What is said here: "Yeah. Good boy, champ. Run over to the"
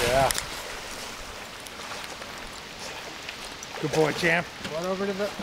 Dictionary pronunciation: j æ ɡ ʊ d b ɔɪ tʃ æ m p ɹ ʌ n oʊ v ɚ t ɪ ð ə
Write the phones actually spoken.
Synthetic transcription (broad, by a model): j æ ɡ ʊ d b ɔɪ tʃ æ m p w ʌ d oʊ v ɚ t ɪ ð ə